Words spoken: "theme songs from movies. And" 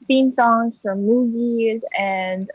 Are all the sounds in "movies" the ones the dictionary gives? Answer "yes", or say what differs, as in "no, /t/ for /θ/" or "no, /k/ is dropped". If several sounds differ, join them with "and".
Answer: yes